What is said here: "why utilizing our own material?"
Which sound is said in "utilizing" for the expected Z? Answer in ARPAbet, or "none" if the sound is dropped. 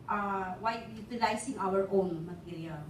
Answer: S